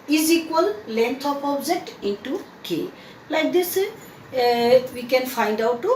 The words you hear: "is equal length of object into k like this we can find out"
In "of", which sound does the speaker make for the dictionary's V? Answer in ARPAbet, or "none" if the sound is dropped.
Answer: P